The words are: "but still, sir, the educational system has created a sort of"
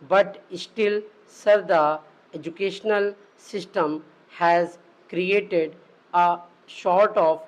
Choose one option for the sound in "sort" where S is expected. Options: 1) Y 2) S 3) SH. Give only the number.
3